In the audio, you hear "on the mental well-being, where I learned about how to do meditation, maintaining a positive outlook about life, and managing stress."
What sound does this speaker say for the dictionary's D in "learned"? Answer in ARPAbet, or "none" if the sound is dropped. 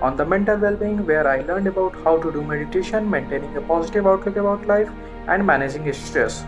D